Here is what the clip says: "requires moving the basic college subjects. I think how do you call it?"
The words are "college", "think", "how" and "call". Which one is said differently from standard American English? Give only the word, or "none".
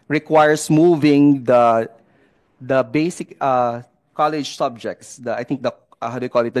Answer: think